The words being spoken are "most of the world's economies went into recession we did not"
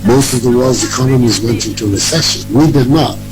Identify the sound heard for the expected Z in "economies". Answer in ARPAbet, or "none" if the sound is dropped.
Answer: Z